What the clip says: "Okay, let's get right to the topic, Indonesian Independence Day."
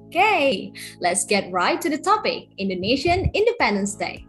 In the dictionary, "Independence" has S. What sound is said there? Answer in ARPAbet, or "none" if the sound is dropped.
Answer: S